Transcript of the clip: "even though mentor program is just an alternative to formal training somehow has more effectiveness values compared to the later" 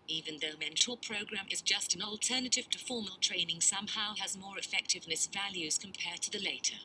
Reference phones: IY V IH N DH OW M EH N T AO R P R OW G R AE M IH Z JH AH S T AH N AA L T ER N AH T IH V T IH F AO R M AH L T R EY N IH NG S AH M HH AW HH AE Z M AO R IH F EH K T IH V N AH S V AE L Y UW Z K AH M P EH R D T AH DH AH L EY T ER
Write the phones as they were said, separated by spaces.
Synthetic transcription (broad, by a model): IY V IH N DH OW M EH N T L P R OW G R AE M IH Z JH AH S T N AA L T ER N AH T IH V T IH F AO R M AH L T R EY N IH NG S AH M HH AW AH Z M AO R IH F EH K T IH V N AH S V AE L Y UW Z K AH M P EH R D T AH DH AH L EY T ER